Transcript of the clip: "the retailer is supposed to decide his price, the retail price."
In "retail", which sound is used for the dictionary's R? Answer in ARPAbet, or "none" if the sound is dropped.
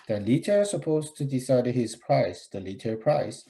L